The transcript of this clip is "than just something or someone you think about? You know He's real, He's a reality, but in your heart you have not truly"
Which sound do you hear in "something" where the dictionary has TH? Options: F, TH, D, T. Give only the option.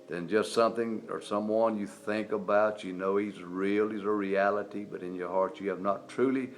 TH